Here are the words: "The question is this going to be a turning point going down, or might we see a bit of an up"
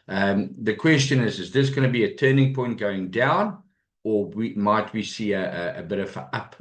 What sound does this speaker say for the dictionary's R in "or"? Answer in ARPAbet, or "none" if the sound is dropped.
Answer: W